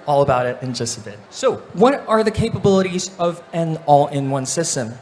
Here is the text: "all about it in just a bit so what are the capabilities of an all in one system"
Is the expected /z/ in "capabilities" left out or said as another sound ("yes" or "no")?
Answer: no